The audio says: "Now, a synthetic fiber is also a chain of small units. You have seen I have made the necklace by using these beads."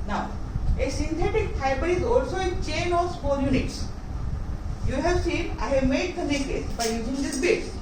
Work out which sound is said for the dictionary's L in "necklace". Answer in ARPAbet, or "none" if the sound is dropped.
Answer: none